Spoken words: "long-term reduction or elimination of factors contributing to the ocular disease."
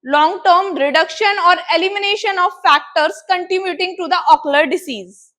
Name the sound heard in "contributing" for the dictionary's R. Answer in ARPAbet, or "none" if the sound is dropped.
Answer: none